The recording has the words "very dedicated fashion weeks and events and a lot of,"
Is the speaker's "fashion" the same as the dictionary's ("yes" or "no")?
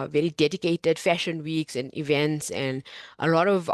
yes